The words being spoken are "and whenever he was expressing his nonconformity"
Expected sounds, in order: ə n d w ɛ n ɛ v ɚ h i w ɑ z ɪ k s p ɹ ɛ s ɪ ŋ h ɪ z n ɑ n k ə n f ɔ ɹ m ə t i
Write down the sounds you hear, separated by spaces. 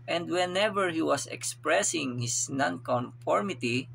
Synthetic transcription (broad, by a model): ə n d w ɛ n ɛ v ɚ h i w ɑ s ɪ k s p ɹ ɛ s ɪ ŋ h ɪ s n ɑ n k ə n f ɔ ɹ m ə t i